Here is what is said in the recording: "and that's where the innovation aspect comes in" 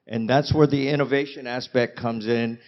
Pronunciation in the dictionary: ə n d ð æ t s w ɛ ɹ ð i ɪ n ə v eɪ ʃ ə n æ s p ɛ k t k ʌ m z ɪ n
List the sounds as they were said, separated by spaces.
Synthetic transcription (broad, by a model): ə n ð æ t s w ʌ ɹ ð i ɪ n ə v eɪ ʃ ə n æ s p ɛ k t k ʌ m z ɪ n